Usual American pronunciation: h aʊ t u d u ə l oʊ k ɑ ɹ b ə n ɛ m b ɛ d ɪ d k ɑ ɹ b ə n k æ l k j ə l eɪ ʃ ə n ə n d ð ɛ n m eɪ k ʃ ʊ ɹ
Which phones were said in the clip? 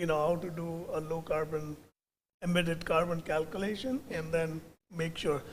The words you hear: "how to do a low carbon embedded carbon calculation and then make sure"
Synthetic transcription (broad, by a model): h aʊ t u d u ə l oʊ k ɑ ɹ b ə n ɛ m ɪ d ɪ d k ɑ ɹ b ə n k æ l k j ə l eɪ ʃ ə n ə n d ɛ n m eɪ k ʃ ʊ ɹ